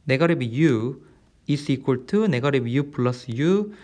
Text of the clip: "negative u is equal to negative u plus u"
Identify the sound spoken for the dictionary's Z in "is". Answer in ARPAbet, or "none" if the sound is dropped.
S